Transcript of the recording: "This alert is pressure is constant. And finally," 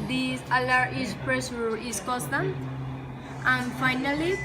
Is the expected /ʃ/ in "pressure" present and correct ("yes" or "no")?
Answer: no